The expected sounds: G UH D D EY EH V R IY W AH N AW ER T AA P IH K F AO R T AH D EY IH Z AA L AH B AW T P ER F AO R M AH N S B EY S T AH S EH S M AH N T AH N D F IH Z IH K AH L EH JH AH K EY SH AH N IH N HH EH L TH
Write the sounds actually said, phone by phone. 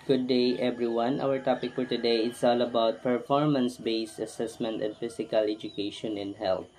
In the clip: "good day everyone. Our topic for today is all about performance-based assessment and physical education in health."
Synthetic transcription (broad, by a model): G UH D D EY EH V R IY W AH N AW ER T AA P IH K F AO R T AH D EY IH S AA L AH B AW T P ER F AO R M AH N S B EY S T AH S EH S M AH N T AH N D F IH S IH K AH L EH JH AH K EY SH AH N IH N HH EH L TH